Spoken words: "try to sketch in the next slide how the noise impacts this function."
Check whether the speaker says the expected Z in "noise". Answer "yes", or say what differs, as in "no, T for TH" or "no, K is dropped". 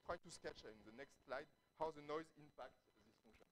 yes